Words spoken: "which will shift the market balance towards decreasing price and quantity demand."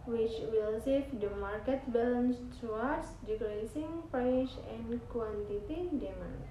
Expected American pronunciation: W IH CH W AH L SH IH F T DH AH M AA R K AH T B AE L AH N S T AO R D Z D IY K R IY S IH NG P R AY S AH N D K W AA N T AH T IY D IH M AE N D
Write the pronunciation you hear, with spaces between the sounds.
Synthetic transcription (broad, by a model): W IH CH W AH L S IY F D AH M AA R K AH T B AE L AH N S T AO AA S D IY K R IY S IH NG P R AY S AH N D K W AA N T AH T IY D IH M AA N